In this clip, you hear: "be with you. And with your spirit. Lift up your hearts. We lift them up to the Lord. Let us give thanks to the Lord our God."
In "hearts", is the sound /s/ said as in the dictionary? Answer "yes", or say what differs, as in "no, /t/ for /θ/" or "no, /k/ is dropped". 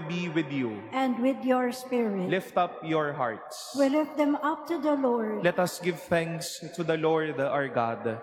yes